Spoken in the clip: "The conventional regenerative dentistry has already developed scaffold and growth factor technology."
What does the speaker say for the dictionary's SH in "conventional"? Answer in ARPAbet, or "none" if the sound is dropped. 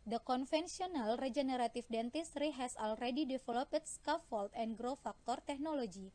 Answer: S